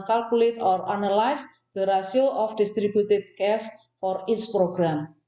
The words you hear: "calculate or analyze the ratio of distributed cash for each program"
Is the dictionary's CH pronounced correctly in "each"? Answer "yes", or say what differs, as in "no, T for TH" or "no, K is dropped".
no, S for CH